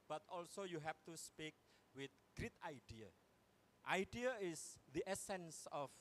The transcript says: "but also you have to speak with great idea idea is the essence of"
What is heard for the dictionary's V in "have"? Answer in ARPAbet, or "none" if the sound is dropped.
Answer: F